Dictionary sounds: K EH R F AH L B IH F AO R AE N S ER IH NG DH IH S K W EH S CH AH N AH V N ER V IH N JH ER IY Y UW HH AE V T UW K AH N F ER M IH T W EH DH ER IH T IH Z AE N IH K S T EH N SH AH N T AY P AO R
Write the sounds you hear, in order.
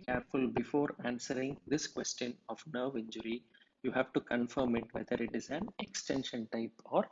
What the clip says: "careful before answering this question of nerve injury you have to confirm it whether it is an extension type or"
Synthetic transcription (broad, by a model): K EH R F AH L B IH F AO R AE N S ER IH NG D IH S K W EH S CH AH N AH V N ER V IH N JH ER IY Y UW HH AE V T UW K AH N F ER M IH T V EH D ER IH T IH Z AE N IH K S T EH N SH AH N T AY P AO R